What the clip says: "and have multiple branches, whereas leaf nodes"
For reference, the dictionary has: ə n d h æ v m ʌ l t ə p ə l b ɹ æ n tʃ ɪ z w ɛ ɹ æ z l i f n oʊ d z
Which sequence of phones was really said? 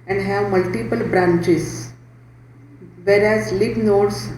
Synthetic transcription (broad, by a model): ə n d h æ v m ʌ l t ə p ə l b ɹ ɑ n tʃ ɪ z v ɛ ɹ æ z l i p n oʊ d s